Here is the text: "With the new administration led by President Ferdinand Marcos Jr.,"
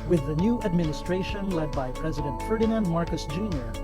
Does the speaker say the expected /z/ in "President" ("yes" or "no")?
yes